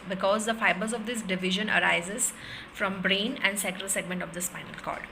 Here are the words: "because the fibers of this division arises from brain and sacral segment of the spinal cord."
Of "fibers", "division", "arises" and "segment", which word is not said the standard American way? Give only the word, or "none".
none